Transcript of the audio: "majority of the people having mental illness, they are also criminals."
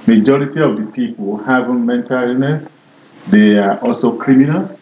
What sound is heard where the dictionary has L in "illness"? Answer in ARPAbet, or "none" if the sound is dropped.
none